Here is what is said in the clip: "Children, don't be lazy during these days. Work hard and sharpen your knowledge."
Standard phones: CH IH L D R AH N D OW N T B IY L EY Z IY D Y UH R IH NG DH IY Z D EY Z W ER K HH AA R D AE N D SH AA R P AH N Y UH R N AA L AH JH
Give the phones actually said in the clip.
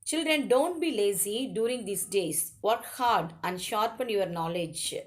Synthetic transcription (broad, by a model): CH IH L D R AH N D OW N T B IY L EY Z IY D Y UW R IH NG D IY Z D EY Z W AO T HH AA R D AE N D SH AA R P AH N Y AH R N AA L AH JH